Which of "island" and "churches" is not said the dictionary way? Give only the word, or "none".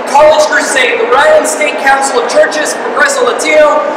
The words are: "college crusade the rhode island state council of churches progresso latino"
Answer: island